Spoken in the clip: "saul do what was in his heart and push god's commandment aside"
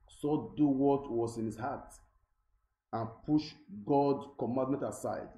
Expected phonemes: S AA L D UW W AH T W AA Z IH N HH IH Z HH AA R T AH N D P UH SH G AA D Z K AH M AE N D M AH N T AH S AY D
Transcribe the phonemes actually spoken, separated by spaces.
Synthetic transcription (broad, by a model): S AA D UW W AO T W AA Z IH N HH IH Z HH AA T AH N P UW SH G AA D K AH M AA N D M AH N T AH S AY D